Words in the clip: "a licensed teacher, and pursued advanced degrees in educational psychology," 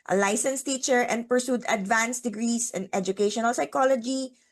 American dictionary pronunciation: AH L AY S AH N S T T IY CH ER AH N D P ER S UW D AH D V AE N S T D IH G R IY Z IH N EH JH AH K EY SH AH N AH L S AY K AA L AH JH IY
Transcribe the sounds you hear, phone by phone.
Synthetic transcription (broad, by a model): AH L AY S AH N S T T IY CH ER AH N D P ER S UW D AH D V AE N S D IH G R IY S IH N EH JH AH K EY SH AH N AH L S AY K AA L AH JH IY